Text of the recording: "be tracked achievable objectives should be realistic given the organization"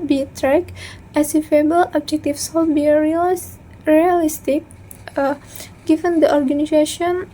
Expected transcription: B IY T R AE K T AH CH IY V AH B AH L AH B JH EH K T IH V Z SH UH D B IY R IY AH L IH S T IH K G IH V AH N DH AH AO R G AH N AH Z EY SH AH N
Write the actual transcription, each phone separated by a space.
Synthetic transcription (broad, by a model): B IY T R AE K T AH S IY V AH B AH L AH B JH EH K T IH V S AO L B IY R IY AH L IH S T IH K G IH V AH N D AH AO R G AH N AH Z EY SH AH N